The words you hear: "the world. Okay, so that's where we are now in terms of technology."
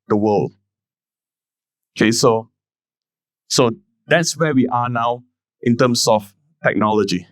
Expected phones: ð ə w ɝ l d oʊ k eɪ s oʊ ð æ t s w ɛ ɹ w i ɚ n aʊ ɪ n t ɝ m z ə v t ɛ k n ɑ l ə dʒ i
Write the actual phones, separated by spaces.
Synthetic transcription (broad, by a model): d ə w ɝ l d oʊ k eɪ s oʊ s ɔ t s w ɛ w i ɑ n aʊ ɪ n t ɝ m s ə f t ɛ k n ɑ l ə dʒ i